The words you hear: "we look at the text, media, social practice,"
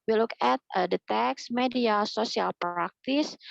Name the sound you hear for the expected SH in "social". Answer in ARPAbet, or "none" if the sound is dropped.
S